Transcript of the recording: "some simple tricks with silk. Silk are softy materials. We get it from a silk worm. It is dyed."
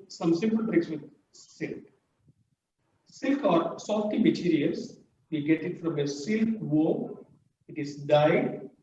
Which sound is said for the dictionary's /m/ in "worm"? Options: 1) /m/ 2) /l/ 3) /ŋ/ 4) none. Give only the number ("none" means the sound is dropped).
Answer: 4